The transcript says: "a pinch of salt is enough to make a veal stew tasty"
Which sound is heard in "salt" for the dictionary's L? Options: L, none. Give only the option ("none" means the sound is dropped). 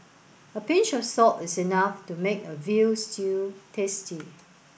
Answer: none